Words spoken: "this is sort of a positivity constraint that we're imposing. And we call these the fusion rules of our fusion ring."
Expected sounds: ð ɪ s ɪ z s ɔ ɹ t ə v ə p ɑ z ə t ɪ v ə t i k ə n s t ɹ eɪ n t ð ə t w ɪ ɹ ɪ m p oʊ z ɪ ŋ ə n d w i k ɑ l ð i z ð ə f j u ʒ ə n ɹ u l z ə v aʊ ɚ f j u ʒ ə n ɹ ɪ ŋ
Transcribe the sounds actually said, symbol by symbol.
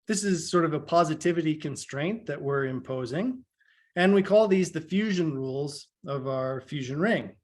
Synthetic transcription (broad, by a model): ð ɪ s ɪ z s ɔ ɹ t ə v ə p ɑ z ə t ɪ v ə t i k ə n s t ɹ eɪ n ð ə t w ɪ ɹ ɪ m p oʊ z ɪ ŋ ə n w i k ɑ l ð i z ð ə f j u ʒ ə n ɹ u l z ə v aʊ ɚ f j u ʒ ə n ɹ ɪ ŋ